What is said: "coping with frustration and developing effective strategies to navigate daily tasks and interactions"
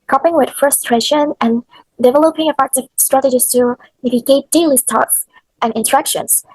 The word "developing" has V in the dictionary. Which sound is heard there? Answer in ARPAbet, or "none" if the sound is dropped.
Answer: V